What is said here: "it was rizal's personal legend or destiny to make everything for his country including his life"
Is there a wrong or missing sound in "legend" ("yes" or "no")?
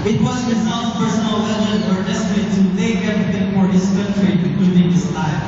yes